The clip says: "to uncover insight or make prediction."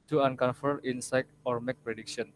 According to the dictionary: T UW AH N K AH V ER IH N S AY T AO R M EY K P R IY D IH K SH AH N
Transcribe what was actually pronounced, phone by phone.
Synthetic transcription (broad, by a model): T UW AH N K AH F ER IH N S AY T AO R M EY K P R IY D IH K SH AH N